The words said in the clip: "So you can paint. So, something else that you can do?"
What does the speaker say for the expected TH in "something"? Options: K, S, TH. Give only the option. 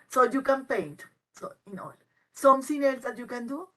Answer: S